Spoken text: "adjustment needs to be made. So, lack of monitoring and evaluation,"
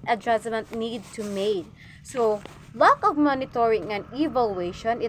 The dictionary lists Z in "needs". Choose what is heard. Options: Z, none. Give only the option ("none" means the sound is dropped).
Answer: none